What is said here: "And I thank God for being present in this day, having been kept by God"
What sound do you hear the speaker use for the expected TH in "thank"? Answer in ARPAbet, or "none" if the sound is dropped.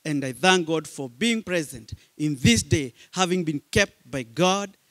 TH